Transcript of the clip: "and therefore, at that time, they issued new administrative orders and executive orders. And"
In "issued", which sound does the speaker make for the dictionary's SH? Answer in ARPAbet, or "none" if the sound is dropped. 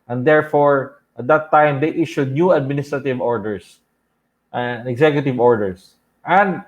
SH